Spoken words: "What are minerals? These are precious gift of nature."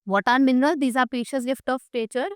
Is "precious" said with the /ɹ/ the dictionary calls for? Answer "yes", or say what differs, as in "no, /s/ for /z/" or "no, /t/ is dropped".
no, /ɹ/ is dropped